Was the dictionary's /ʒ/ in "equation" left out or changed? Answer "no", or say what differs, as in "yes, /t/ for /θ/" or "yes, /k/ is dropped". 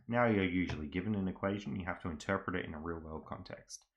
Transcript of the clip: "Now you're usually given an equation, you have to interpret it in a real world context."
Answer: no